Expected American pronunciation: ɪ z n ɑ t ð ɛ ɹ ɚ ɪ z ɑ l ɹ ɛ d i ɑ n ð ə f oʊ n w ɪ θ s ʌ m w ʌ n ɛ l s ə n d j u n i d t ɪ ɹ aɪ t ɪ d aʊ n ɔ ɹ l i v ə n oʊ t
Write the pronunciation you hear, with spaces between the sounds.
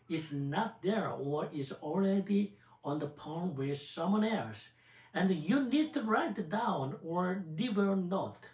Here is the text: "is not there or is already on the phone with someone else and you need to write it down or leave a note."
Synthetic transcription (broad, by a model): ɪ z n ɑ t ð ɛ ɹ ɚ ɪ z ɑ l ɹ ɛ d i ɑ n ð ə p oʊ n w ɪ s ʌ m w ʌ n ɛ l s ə n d j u n i d t ɪ ɹ aɪ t ɪ d aʊ n ɔ ɹ n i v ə n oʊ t